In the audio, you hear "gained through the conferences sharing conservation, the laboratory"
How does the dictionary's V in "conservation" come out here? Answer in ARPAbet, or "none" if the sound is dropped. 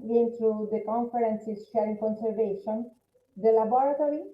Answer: V